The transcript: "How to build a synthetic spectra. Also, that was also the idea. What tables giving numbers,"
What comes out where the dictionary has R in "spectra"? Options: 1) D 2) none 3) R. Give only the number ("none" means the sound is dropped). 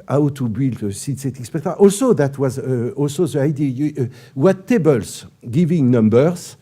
2